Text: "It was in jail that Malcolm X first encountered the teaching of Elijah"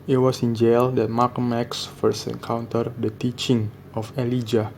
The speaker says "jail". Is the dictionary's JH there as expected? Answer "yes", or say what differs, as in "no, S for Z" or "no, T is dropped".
yes